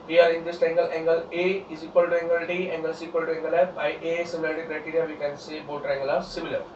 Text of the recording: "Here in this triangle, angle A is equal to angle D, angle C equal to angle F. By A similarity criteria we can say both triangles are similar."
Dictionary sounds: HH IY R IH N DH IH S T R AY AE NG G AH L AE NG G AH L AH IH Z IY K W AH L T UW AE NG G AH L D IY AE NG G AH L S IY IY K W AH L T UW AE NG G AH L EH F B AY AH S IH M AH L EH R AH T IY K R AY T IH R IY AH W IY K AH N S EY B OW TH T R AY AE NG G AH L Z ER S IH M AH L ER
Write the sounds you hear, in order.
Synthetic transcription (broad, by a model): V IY R IH N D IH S T EH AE NG G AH L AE NG G AH L AH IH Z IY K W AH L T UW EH NG G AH L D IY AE NG G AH L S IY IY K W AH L T UW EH NG G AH L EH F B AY AH S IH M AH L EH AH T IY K R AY T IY R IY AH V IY K AH N S EY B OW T R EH NG G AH L AA S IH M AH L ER